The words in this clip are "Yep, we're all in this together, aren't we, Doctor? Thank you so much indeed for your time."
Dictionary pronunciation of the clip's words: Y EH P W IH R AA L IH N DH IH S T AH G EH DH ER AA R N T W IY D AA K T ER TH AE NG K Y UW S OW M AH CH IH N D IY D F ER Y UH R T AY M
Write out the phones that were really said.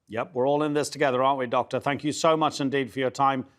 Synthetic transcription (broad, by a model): Y EH P W IH R AA L IH N DH IH S T AH G EH DH ER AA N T W IY D AA K T ER TH AE NG K Y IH S OW M AH CH IH N D IY D F ER Y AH R T AY M